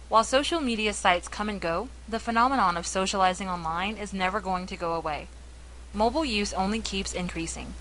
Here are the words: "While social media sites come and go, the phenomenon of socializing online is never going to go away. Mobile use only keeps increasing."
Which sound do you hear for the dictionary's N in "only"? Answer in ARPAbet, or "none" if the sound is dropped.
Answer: N